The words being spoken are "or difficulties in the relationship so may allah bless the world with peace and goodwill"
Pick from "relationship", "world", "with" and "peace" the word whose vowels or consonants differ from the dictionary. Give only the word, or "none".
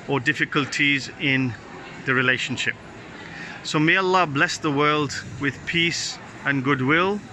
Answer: none